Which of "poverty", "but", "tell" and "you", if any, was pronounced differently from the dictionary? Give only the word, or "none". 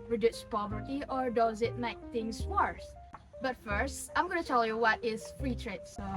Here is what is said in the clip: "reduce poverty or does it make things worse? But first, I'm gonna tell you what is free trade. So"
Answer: none